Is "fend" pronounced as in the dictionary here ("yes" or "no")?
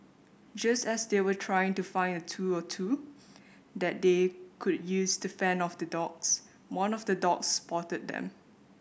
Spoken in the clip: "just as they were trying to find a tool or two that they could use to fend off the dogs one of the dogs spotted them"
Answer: no